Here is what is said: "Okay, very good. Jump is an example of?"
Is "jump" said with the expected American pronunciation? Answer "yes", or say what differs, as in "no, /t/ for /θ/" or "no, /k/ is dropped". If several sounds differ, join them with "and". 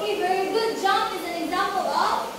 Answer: no, /p/ is dropped